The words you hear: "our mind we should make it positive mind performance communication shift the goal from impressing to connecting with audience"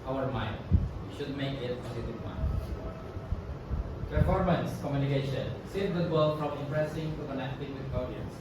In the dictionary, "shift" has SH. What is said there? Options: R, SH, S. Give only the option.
S